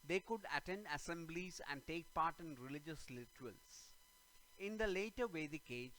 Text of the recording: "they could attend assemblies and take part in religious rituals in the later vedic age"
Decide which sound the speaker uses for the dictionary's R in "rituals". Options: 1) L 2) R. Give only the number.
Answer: 1